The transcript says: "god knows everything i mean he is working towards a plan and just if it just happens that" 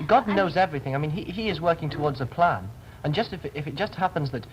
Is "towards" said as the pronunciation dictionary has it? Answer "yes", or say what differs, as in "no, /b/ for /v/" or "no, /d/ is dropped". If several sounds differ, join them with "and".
yes